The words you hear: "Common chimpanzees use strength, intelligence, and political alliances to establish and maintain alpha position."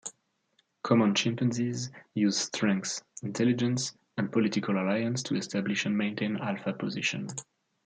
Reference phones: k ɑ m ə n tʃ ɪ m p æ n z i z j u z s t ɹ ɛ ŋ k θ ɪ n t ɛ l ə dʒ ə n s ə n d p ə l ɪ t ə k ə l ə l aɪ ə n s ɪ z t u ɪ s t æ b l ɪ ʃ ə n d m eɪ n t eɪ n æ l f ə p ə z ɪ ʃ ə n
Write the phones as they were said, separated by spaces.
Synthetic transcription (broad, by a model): k ɑ m ə n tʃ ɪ m p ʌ n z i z j u z s t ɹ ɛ ŋ k s ɪ n t ɛ l ə dʒ ə n s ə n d p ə l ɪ t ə k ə l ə l aɪ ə n s t u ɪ s t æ b l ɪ ʃ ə n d m eɪ n t eɪ n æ l f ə p ə z ɪ ʃ ə n